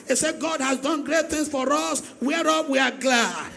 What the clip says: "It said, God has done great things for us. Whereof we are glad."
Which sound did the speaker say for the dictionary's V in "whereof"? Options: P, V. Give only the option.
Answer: P